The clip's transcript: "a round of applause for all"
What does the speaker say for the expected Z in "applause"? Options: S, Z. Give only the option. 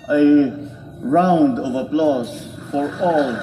S